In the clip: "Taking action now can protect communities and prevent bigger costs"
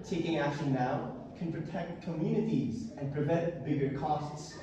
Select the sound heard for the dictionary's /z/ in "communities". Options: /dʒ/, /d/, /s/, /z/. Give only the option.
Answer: /z/